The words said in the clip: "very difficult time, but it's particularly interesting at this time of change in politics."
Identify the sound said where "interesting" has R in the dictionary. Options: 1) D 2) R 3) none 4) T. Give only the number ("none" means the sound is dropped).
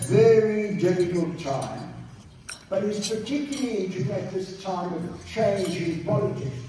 3